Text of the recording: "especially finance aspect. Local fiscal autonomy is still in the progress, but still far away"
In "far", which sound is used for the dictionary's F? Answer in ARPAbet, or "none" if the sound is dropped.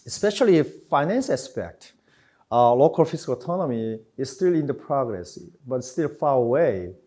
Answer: F